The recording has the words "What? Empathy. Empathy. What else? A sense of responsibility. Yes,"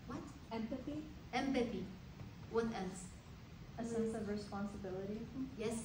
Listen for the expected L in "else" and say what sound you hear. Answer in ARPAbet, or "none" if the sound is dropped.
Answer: N